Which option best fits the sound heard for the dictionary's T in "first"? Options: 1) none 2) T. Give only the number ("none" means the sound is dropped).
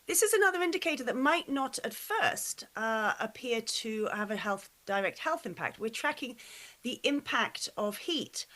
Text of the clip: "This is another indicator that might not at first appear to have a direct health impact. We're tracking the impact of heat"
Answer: 2